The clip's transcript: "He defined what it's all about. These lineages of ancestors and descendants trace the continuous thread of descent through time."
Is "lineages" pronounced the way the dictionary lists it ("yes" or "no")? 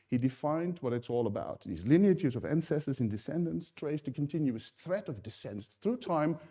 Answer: no